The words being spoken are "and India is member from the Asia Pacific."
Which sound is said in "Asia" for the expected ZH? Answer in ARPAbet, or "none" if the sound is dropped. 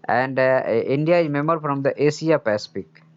S